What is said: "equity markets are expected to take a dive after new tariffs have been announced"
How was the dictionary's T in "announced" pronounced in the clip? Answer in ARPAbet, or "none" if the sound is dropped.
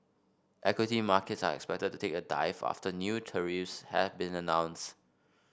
T